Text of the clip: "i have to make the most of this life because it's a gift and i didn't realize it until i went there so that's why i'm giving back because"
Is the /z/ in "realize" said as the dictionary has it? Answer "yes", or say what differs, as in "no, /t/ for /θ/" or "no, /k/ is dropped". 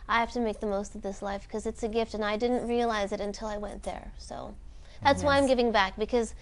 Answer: yes